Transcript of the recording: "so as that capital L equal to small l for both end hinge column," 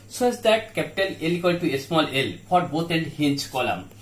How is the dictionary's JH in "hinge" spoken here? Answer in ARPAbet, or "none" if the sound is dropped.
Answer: CH